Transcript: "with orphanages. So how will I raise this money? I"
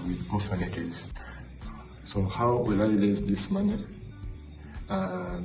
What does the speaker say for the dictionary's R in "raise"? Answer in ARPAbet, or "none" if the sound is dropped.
L